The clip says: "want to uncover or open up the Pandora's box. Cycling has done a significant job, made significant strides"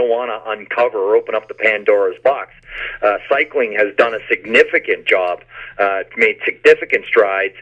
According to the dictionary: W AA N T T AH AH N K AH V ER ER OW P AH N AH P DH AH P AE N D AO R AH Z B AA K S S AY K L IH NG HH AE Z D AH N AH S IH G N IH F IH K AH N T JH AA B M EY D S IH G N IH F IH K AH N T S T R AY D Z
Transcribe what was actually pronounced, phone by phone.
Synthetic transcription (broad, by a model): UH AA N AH T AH AH N K AH V ER ER OW P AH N AH P DH AH P AE N D AO R AH Z B AA K S S AY K L IH NG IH Z D AH N AH S IH G N IH F IH K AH N JH AA B M EY D S IH G N IH F IH K AH N T S T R AY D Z